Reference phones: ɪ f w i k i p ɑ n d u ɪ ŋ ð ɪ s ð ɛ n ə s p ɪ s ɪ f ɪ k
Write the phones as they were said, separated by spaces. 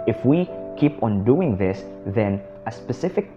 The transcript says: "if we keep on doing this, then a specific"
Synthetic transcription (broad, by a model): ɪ f w i k i p ɑ n d u ɪ ŋ ð ɪ s ð ɛ n ə s p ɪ s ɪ f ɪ k